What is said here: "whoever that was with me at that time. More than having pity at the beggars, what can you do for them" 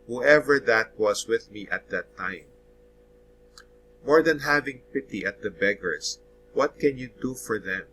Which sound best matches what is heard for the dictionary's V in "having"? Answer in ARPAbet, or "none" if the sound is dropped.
V